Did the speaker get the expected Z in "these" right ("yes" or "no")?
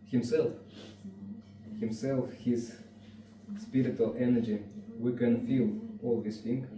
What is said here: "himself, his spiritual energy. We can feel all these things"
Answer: no